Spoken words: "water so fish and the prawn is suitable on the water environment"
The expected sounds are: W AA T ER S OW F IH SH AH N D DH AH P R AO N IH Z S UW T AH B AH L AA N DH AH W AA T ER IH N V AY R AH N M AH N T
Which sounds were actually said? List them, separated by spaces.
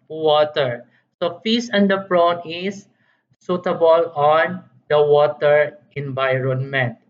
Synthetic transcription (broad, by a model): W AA T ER S OW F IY S AH N D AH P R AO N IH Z S UW T AH B AH L AA N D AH W AA T ER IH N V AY R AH N M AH N T